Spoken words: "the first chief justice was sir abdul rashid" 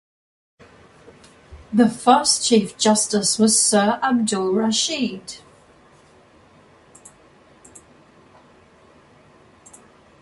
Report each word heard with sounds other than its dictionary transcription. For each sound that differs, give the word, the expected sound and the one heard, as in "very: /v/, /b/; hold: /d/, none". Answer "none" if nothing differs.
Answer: none